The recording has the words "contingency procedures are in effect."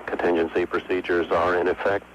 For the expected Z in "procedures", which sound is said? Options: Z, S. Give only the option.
Z